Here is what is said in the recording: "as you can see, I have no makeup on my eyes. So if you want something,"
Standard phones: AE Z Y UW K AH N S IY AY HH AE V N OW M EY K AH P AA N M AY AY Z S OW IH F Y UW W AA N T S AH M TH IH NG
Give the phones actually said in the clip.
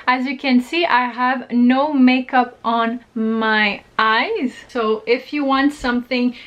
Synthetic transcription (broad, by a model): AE Z Y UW K AH N S IY AY HH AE V N OW M EY K AH P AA N M AY AY Z S OW IH F Y UW W AA N T S AH M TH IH NG